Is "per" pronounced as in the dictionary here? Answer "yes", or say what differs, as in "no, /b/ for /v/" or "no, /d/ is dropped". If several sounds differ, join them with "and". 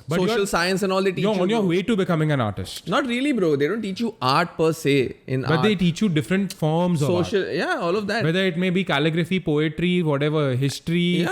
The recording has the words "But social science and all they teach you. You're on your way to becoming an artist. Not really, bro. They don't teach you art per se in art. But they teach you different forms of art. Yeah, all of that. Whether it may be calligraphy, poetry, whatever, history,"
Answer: yes